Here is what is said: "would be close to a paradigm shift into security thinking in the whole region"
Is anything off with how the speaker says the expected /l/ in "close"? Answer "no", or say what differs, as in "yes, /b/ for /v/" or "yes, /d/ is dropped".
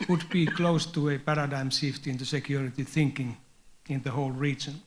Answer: no